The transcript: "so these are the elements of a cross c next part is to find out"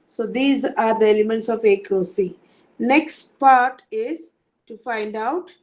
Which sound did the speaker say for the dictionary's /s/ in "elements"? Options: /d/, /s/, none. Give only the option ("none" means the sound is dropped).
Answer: /s/